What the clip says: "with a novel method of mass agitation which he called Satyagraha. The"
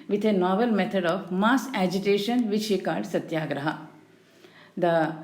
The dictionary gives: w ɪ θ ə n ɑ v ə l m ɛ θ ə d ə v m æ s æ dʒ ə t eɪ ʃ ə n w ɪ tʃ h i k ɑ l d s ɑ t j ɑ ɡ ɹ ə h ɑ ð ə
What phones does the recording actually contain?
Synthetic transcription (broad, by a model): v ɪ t ə n ɑ v ə l m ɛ t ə d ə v m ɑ s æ dʒ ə t eɪ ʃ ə n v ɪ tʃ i k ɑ d s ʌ t j ɑ ɡ ɹ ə h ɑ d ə